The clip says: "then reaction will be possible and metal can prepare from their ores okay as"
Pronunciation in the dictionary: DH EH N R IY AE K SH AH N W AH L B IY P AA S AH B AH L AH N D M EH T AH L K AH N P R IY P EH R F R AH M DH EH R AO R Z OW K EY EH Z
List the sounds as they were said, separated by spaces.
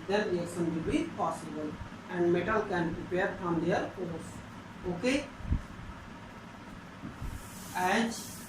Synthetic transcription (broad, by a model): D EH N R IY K S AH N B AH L B IY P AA S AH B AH L AH N D M EH T AH L K AH N P R IY P EH R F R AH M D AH R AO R S OW K EY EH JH